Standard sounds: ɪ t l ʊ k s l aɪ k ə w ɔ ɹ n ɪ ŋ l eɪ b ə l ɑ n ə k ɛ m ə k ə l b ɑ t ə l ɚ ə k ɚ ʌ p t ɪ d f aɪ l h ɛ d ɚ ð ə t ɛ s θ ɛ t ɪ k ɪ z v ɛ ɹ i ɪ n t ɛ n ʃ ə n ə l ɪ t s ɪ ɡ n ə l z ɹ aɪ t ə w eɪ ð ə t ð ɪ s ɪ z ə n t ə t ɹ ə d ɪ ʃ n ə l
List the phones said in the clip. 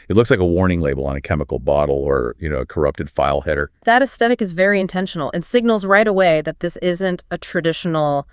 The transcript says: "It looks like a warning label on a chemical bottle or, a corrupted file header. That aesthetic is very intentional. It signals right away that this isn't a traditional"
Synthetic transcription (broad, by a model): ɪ t l ʊ k s l aɪ k ə w ɔ ɹ n ɪ ŋ l eɪ b l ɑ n ə k ɛ m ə k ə l b ɑ t l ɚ ə k ɚ ʌ p t ɪ d f aɪ l h ɛ d ɚ ð ə t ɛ s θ ɛ t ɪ k ɪ z v ɛ ɹ i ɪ n t ɛ n ʃ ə n l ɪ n s ɪ ɡ n l z ɹ aɪ t ə w eɪ ð ə t ð ɪ s ɪ z ə n t ə t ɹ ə d ɪ ʃ n l